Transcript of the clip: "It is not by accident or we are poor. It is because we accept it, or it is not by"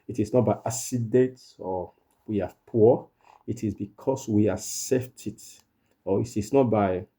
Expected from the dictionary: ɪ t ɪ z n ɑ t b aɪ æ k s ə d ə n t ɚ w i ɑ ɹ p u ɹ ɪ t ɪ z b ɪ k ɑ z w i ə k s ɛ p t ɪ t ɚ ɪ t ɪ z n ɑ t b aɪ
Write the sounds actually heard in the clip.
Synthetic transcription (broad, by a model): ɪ t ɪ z n ɑ t b aɪ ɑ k s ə d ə n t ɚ w i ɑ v p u ɪ t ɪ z b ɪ k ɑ s w i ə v s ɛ f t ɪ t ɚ ɪ t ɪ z n ɑ t b aɪ